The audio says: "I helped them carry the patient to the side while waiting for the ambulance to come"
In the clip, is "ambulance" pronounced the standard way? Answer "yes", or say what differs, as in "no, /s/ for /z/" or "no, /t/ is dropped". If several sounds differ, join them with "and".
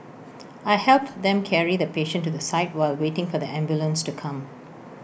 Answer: yes